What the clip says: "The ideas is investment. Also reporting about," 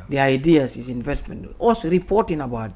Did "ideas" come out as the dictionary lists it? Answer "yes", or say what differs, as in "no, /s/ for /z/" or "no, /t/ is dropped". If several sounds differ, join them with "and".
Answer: no, /s/ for /z/